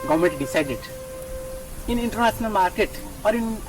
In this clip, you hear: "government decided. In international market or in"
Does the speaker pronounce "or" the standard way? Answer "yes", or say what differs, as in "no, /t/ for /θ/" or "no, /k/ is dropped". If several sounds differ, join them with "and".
yes